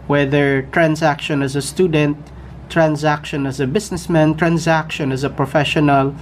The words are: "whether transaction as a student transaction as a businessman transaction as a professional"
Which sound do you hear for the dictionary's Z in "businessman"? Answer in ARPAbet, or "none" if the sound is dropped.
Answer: S